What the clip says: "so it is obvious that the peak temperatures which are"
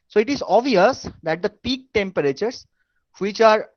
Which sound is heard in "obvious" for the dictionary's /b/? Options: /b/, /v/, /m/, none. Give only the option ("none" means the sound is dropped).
none